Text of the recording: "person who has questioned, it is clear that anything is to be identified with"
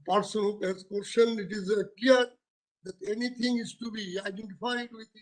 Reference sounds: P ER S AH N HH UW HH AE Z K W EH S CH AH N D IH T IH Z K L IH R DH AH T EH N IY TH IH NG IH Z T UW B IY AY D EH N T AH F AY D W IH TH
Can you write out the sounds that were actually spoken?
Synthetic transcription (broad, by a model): P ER S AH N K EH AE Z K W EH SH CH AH N IH T IH Z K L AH R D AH T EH N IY T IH NG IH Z T UW B IY AY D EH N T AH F AY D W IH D